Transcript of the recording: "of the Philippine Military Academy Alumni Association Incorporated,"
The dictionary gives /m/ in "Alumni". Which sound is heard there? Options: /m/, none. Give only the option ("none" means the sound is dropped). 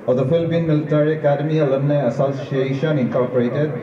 none